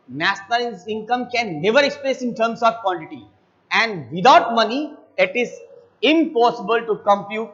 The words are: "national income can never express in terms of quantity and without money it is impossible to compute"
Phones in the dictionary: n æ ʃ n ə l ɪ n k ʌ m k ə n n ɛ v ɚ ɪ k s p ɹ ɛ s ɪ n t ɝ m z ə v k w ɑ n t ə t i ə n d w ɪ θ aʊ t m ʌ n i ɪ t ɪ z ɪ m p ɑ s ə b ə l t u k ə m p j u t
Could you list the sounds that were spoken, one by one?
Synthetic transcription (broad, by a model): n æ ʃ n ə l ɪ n k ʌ m k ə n n ɛ v ɚ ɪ k s p l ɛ s ɪ n t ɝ m s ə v k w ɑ n t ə t i ə n d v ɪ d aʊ t m ʌ n i ɪ t ɪ z ɪ m p ɑ s ə b ə l t u k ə m p j u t